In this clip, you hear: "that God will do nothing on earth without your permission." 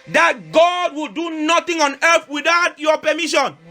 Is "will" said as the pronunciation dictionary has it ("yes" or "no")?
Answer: yes